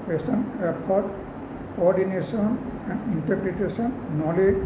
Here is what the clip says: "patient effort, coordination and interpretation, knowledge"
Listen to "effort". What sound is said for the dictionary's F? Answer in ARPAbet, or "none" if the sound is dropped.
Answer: P